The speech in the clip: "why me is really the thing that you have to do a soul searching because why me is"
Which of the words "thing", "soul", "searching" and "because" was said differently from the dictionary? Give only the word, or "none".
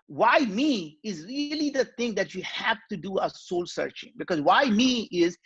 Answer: thing